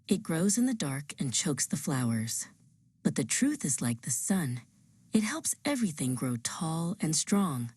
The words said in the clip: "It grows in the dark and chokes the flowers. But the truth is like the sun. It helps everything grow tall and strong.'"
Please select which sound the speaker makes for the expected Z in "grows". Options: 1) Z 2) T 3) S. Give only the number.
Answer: 1